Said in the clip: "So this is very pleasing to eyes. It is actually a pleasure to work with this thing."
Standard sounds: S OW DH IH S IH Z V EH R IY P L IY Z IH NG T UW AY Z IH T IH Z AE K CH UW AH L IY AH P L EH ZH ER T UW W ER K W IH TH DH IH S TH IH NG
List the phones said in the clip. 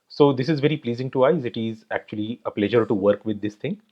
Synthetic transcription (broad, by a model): S OW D IH S IH Z V EH R IY P L IY Z IH NG T UW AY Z IH T IH Z AE K CH UW AH L IY AH P L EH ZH ER T UW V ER K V IH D IH S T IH NG